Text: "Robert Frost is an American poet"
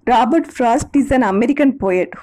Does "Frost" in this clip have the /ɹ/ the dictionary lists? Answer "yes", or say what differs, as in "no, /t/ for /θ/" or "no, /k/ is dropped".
yes